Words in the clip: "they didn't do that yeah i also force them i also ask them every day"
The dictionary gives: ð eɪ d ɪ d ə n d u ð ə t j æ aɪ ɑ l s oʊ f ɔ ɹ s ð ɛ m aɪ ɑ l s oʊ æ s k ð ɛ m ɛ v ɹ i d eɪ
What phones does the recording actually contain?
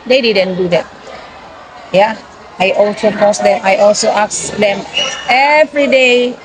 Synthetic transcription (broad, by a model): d eɪ d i d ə n d u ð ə t j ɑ aɪ ɑ l s oʊ p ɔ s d ɛ m aɪ ɑ l s oʊ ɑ s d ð ɛ m ɛ v ɹ i d eɪ